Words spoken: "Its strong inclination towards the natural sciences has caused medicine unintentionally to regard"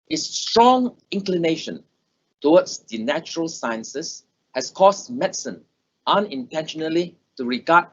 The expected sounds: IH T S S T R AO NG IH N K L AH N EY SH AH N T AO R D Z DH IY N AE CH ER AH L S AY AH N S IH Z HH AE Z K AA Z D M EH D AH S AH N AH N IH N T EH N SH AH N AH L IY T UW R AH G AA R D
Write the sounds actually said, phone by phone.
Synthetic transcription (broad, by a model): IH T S S T R AO NG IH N K L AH N EY SH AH N T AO W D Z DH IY N AE CH ER AH L S AY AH N S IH S HH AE S K AA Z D M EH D S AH N AH N IH N T EH N SH AH N AH L IY T UW R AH G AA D